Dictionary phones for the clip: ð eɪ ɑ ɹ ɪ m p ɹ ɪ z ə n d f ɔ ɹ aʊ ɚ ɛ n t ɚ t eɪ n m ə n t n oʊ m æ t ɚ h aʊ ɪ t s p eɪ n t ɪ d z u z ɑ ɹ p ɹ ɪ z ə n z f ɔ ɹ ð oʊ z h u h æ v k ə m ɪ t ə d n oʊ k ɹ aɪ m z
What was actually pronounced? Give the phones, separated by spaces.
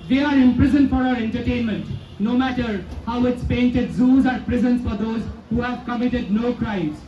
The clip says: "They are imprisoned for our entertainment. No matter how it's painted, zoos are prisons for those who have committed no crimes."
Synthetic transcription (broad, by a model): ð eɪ ɑ ɹ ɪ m p ɹ ɪ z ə n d f ɔ ɹ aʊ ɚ ɛ n t ɚ t eɪ n m ə n t n oʊ m æ t ɚ h aʊ ɪ t s p eɪ n t ɪ d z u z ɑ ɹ p ɹ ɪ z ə n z f ɔ ɹ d oʊ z h u h æ v k ə m ɪ t ə d n oʊ k ɹ aɪ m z